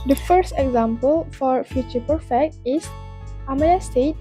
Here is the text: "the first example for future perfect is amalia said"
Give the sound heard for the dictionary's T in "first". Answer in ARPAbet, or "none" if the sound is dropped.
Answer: T